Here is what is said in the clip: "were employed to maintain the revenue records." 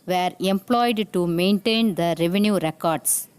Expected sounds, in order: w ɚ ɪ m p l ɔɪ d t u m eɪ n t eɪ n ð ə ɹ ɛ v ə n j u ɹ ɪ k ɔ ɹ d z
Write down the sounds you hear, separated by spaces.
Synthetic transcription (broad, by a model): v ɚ ɪ m p l ɔɪ d t u m eɪ n t eɪ n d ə ɹ ɛ v ə n j u ɹ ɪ k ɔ ɹ d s